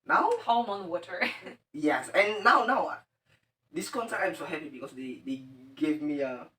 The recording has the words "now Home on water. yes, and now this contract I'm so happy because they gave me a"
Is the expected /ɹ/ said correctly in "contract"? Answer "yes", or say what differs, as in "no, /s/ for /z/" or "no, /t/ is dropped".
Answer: no, /ɹ/ is dropped